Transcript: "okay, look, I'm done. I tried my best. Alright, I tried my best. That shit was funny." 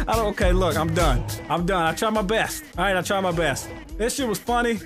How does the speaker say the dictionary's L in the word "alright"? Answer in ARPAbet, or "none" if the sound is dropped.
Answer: none